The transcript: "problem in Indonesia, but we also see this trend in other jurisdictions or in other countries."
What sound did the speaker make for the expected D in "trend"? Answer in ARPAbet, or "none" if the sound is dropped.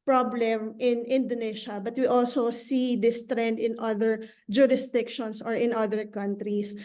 D